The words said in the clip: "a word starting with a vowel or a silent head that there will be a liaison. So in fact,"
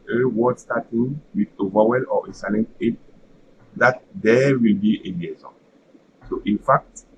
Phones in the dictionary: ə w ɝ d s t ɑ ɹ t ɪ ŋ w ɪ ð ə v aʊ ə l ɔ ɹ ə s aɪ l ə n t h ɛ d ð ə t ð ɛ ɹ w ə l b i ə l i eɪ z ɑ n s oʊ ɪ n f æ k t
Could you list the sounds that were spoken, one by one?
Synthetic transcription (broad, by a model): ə w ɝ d s t ɑ t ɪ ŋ w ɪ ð ə v aʊ ə l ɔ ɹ ə s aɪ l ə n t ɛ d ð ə t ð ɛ w ə l b i ə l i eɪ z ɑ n s oʊ ɪ n f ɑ k t